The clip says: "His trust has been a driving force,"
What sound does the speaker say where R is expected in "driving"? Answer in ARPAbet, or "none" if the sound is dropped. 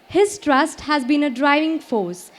R